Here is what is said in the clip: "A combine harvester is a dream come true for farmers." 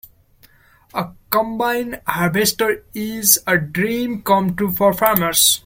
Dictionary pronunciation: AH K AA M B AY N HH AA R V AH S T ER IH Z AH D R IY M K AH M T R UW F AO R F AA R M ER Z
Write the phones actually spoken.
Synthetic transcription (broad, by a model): AH K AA M B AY N HH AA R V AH S T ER IH Z AH D R IY M K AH M T UW F AO R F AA R M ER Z